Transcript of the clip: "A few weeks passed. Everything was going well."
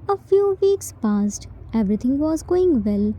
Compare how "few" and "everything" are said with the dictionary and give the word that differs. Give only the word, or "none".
everything